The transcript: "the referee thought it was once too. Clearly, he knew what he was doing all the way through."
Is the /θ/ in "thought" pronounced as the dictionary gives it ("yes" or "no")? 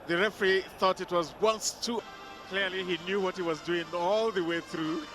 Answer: yes